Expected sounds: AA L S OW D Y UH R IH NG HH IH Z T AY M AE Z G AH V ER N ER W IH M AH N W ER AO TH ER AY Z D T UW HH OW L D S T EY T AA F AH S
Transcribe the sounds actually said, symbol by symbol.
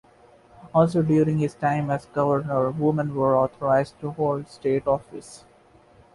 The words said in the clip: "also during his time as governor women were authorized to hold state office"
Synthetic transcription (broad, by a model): AA L S OW D Y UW R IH NG HH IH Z T AY M AE Z G AH V ER N ER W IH M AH N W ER AO T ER AY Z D T UW HH OW L D S T EY T AA F AH S